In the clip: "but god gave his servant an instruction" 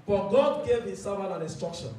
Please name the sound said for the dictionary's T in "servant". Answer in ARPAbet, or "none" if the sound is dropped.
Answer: none